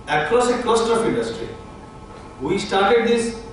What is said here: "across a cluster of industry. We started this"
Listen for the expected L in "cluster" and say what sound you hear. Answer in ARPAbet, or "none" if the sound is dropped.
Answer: none